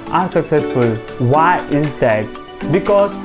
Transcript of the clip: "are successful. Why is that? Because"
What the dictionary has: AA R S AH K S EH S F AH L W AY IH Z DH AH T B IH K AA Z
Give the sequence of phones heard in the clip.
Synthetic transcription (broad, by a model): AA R S AH K S EH S F AH L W AY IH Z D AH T B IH K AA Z